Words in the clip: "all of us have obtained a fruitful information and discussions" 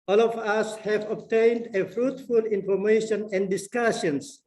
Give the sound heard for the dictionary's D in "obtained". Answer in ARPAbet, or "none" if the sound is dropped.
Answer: D